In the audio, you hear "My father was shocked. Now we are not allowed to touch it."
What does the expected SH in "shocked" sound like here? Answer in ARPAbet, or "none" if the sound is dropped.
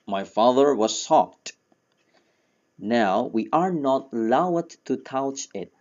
S